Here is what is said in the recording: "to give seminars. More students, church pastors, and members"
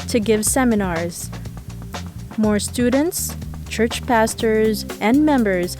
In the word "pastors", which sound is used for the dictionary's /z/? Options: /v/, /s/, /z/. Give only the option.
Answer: /z/